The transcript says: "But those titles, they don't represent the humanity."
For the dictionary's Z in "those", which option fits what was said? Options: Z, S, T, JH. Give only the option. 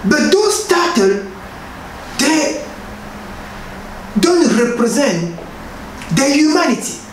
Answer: S